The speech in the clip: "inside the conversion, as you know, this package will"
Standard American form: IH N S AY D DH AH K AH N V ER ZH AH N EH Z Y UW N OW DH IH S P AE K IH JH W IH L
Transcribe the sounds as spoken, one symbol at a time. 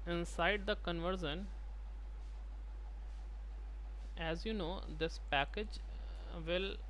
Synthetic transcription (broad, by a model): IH N S AY D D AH K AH N V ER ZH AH N EH Z Y UW N OW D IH S P AE K IH JH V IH L